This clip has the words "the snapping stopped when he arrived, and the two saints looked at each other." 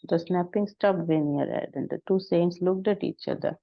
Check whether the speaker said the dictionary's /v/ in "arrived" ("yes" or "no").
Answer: no